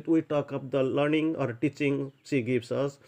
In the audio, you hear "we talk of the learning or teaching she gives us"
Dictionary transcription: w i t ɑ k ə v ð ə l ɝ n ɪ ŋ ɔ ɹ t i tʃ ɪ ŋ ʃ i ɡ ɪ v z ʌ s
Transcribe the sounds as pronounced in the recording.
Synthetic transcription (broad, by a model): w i t ɑ k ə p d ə l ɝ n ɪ ŋ ɔ ɹ t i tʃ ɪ ŋ s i ɡ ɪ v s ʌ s